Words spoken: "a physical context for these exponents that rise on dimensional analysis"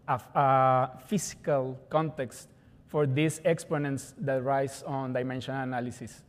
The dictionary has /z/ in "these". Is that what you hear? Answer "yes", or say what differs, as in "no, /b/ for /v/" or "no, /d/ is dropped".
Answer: no, /s/ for /z/